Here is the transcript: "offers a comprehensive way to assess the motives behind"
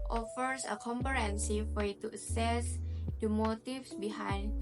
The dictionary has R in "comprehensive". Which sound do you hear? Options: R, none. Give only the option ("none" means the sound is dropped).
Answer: none